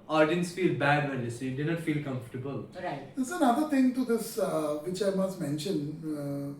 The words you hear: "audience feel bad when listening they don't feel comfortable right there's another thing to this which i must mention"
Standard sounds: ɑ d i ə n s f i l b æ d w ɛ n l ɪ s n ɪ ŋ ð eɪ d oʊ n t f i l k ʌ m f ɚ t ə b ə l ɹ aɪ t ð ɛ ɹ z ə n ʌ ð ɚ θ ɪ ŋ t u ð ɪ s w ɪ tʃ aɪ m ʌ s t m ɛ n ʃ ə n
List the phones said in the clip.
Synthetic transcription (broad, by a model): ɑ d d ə n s f i l b æ d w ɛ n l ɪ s ɪ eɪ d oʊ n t f i l k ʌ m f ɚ t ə b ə l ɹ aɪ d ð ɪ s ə n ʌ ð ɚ t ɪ ŋ t u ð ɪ s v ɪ tʃ aɪ m ʌ s t m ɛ n ʃ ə n